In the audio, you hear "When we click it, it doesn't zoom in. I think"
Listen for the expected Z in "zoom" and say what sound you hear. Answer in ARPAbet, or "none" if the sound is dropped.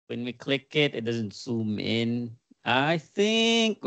S